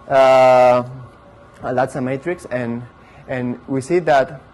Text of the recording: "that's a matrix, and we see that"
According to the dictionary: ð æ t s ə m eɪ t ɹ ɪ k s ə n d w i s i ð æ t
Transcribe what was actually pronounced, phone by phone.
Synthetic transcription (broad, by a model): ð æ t s ə m eɪ t ɹ ɪ k s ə n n w i s i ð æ t